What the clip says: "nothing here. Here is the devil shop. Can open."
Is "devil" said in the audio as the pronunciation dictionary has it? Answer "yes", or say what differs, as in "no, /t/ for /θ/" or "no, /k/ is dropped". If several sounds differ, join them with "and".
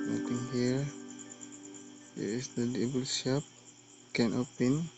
no, /b/ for /v/